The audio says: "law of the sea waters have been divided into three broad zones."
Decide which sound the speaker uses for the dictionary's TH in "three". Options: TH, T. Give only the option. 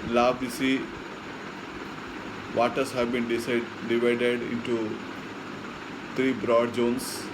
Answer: T